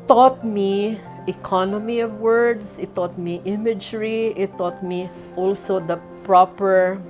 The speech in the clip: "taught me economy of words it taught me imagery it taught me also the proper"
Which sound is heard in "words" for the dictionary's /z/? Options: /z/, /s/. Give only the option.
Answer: /s/